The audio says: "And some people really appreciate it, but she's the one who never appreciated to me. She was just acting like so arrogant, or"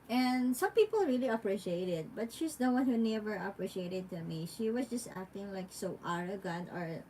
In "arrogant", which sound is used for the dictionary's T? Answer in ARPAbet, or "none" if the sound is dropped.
none